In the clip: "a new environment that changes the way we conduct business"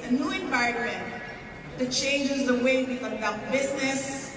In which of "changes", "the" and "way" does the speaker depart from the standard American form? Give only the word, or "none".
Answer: none